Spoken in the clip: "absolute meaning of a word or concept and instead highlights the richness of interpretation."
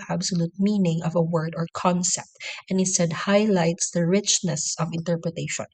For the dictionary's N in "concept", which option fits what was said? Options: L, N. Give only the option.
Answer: N